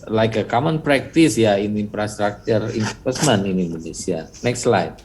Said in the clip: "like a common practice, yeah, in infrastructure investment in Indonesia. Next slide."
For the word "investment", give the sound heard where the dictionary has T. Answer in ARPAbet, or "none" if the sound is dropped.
none